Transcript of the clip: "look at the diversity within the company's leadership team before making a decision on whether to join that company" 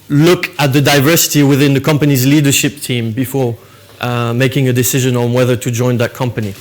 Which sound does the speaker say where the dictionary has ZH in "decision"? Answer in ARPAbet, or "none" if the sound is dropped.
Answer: ZH